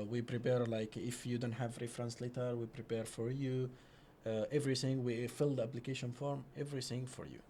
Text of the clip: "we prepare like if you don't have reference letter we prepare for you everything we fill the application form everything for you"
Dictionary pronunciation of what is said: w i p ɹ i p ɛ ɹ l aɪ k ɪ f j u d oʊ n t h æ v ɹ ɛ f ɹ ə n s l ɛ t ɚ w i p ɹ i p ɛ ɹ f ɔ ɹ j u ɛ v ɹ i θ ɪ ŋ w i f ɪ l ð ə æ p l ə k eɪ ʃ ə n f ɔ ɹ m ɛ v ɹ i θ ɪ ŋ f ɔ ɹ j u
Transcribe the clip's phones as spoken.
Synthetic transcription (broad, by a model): w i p ɹ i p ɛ ɹ l aɪ k ɪ f j u d oʊ n t h æ v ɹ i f ɹ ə n s l ɛ t ɚ w i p ɹ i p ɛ ɹ f ɔ ɹ j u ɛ v ɹ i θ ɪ ŋ w i f ɪ l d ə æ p l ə k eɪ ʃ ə n f ɔ ɹ m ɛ v ɹ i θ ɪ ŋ f ɔ ɹ j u